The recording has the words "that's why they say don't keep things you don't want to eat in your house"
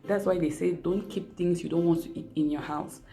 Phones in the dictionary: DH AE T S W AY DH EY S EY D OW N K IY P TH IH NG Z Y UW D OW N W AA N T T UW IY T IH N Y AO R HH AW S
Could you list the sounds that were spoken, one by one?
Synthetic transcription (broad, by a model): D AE T S W AY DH EY S EY D OW N K IY P T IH NG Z Y UW D OW N W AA N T T UW IY T IH N Y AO HH AW S